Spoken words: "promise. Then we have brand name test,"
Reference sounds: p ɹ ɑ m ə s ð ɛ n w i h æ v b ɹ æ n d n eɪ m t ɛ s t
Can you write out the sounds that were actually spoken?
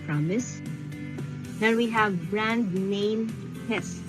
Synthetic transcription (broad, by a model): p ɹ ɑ m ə s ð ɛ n w i h æ v b ɹ æ n d n eɪ m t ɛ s